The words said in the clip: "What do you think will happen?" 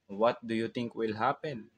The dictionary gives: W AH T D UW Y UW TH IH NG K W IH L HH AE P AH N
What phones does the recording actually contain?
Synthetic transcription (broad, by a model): W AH T D UW Y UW T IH NG K W IH L HH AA P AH N